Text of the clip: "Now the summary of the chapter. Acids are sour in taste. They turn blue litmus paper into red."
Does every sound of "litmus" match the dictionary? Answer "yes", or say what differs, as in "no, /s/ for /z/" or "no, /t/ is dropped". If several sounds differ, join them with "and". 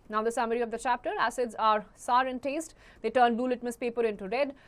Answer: yes